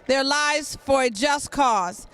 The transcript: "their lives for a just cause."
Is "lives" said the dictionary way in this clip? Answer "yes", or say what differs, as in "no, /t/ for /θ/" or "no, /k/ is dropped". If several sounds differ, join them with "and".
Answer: yes